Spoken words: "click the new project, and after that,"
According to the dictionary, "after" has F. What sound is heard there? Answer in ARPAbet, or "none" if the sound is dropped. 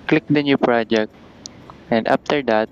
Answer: P